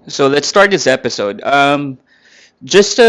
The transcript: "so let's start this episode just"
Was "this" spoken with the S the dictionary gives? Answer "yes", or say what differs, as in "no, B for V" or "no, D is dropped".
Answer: yes